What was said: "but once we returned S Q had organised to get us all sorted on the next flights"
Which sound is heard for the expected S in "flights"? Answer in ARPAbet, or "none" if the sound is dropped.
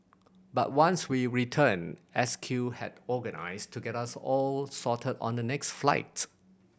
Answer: none